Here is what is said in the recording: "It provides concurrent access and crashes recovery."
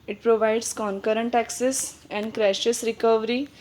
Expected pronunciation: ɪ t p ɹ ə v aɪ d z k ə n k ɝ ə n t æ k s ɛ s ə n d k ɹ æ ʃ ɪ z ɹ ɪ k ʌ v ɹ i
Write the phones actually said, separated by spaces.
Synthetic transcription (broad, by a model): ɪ t p ɹ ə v aɪ d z k ə n k ɝ ə n t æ k s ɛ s ə n d k ɹ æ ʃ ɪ s ɹ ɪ k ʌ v ɹ i